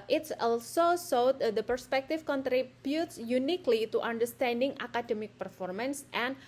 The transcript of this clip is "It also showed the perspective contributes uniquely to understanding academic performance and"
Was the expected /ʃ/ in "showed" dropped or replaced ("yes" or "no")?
yes